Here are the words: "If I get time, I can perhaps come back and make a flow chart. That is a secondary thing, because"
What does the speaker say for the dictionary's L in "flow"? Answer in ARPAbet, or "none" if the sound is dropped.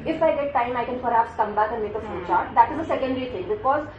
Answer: none